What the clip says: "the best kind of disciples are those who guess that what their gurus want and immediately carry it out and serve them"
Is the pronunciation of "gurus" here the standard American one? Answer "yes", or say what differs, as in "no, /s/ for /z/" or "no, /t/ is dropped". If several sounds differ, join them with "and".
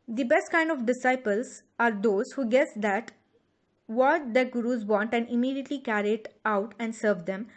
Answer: yes